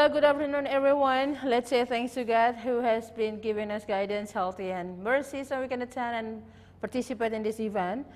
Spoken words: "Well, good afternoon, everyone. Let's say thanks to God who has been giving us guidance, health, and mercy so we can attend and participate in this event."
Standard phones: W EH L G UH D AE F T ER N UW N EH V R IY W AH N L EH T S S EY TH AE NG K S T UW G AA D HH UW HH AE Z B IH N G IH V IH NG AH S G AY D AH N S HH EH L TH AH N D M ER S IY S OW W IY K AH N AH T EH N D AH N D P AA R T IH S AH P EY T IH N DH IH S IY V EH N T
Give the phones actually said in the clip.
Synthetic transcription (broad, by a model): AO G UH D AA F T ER N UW N EH V R IY W AH N L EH T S S EY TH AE NG K S T UW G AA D HH UW HH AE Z B IH N G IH V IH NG AH S G AY D AH N S HH EH L T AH N M ER S IY S OW W IY K AH N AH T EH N AH N P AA R T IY S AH P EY T IH N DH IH S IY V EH N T